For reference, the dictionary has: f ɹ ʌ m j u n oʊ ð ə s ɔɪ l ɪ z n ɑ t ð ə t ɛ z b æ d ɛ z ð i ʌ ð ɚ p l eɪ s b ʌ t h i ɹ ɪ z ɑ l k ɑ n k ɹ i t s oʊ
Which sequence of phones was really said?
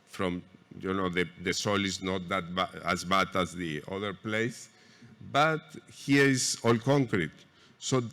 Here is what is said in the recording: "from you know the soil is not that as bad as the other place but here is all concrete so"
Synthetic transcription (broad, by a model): f ɹ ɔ m j u n oʊ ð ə s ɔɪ l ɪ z n ɑ t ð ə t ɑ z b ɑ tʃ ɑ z ð i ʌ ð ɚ p l eɪ s b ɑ t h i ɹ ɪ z ɑ l k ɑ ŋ k ɹ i t s oʊ